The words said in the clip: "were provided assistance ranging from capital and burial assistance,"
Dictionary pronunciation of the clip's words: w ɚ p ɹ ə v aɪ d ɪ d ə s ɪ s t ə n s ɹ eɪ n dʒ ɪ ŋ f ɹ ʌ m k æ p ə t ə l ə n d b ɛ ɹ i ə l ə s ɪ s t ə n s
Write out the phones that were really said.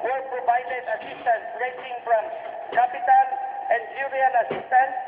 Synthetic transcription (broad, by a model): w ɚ p ɹ ə v aɪ d ɪ d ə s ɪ s t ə n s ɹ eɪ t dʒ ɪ ŋ f ɹ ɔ m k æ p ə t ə n ə n d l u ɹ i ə n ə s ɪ s t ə n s